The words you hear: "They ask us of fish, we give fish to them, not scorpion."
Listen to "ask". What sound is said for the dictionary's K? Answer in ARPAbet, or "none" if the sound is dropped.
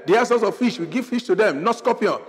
none